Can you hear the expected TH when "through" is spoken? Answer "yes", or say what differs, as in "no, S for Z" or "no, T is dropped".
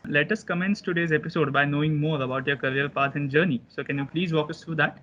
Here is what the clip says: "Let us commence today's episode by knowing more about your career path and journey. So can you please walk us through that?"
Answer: no, T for TH